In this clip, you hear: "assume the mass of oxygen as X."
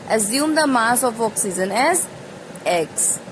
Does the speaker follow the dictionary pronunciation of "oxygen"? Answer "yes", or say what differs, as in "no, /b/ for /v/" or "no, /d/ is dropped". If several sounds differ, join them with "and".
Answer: no, /z/ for /dʒ/